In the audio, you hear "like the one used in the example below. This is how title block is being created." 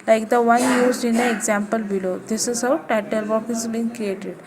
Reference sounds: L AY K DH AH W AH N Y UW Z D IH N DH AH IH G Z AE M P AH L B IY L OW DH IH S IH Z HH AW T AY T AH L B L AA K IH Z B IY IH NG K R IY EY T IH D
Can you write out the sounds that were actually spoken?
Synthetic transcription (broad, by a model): L AY K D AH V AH N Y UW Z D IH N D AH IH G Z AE M P AH L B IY L OW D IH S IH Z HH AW T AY T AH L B AA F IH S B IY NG K R IY EY T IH D